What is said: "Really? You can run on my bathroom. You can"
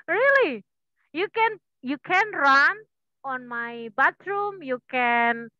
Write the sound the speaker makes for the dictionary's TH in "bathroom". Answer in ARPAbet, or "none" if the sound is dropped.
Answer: T